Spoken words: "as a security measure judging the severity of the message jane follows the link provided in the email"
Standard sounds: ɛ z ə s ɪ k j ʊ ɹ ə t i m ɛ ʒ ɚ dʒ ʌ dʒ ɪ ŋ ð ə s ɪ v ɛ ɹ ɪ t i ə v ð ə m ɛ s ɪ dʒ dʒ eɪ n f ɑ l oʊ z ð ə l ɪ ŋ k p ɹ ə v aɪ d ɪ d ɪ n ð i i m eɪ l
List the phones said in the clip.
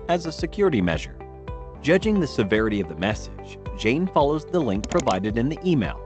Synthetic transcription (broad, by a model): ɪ z ə s ɪ k j ʊ ɹ ə t i m ɛ ʒ ɚ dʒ ʌ dʒ ɪ ŋ ð ə s ɪ v ɛ ɹ ɪ t i ə v ð ə m ɛ s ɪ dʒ dʒ eɪ n f ɑ l oʊ z ð ə l ɪ ŋ k p ɹ ə v aɪ d ɪ d ɪ n ð i i m eɪ l